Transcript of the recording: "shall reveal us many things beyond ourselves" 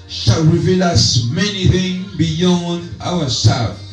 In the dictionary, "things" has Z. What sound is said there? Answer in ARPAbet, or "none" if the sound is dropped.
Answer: none